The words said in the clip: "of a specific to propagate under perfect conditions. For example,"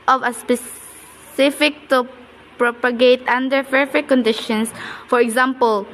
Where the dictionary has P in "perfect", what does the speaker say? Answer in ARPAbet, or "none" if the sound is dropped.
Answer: F